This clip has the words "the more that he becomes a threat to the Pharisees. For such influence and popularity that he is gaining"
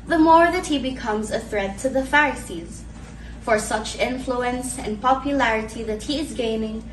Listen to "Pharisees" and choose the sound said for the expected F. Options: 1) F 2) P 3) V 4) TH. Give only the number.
1